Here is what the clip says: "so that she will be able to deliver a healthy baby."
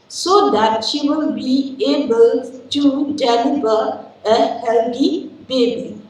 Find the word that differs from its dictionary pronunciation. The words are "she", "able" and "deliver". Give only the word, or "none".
deliver